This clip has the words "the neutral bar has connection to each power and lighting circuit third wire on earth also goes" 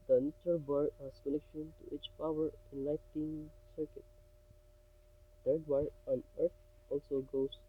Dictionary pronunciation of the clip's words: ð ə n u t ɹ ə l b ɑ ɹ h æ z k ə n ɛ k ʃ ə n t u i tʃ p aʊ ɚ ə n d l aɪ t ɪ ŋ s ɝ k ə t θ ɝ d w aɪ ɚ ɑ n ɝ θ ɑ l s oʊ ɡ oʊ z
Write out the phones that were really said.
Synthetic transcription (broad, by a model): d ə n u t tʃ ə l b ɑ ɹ h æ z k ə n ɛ k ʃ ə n t u i tʃ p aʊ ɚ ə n l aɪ t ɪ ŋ s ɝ k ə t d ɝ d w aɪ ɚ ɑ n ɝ t ɑ l s oʊ ɡ oʊ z